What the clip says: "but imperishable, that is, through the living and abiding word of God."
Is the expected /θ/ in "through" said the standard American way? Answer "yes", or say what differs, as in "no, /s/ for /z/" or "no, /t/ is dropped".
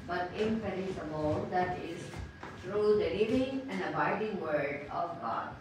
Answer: no, /t/ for /θ/